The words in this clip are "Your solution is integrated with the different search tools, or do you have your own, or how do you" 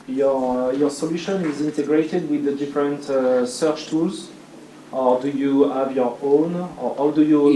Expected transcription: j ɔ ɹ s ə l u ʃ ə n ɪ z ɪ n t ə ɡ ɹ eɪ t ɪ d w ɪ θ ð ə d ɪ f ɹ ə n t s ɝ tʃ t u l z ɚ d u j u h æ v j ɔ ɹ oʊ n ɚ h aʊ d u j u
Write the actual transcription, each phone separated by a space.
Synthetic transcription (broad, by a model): j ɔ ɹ s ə l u ʃ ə n ɪ z ɪ n t ə ɡ ɹ eɪ t ɪ d w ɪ ð ə d ɪ f ɹ ə n t s ɝ tʃ t u l z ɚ d u j u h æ v j ɔ ɹ oʊ n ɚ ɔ d u j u